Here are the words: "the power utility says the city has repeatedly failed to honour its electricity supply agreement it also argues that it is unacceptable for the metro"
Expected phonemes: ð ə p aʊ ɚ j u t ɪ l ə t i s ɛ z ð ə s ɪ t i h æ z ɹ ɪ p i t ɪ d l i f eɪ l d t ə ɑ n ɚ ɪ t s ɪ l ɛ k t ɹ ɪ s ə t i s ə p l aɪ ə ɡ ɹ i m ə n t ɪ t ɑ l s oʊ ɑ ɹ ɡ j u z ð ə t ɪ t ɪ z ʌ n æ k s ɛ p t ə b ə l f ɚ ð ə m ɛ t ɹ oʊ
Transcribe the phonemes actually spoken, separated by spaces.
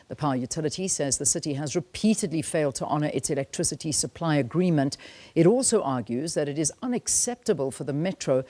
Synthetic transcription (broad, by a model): ð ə p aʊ j u t ɪ l ə t i s ɛ z ð ə s ɪ t i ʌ z ɹ ɪ p i t ɪ d l i f eɪ l d t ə ɑ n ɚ ɪ t s ɪ l ɛ k t ɹ ɪ s ə t i s ə p l aɪ ə ɡ ɹ i m ə n t ɪ t ɑ l s oʊ ɑ ɹ ɡ j u z ð ə t ɪ t ɪ z ʌ n æ k s ɛ p t ə b ə l f ɚ ð ə m ɛ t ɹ oʊ